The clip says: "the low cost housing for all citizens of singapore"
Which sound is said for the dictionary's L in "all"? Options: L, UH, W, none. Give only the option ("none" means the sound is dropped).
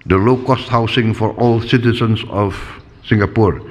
L